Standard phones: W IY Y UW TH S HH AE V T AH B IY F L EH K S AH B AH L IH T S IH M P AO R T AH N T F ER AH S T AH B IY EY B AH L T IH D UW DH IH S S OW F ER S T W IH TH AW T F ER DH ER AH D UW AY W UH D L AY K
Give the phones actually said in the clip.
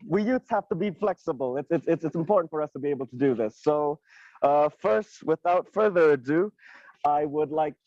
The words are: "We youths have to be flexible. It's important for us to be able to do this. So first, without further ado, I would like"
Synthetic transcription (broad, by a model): W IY Y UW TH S HH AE F T AH B IY F L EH K S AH B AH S IH T S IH M P AO R T N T F ER AH S T AH B IY EY B L T IH D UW DH IH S S OW F ER S T W IH TH AW T F ER DH ER AH D UW AY W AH D L AY K